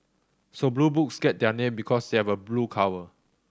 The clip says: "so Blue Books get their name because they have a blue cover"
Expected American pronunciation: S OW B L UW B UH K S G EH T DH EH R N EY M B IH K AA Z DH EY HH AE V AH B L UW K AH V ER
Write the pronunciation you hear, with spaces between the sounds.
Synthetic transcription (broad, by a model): S OW B L UW B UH K S G EH T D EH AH N EY M B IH K AA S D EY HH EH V AH B L UW K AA W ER